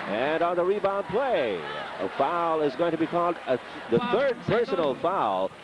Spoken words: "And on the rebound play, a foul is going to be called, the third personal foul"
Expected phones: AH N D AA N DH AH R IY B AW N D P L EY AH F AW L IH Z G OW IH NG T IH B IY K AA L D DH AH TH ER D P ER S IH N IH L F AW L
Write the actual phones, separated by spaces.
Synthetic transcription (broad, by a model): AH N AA N DH AH R IY B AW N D P L EY AH F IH L IH Z G OW IH NG T IH B IY K AA L D DH AH TH ER D P ER S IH N L F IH L